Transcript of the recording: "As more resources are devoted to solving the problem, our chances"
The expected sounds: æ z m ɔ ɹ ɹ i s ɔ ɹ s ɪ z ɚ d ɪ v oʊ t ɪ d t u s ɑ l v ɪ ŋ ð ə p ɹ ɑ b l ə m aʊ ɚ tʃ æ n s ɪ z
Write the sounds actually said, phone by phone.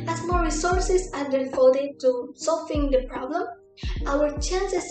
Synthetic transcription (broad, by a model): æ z m ɔ ɹ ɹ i s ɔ ɹ s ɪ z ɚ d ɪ f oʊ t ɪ t u s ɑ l f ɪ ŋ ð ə p ɹ ɑ b l ə m aʊ ɚ tʃ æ n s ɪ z